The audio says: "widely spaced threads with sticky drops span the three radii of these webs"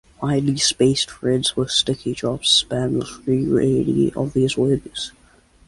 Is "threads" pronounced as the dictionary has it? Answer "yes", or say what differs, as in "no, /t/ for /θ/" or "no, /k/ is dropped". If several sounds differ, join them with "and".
no, /f/ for /θ/